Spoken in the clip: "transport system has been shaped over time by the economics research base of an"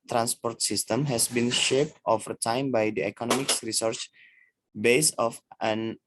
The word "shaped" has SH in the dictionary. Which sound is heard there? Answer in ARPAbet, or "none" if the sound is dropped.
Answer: SH